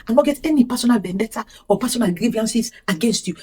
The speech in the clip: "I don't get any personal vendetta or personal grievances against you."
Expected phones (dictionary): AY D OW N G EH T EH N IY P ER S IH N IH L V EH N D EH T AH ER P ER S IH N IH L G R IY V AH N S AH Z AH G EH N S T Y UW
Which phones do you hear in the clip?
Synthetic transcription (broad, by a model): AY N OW G EH T EH N IY P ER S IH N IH L B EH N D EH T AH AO P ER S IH N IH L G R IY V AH N S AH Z AH G EH N S T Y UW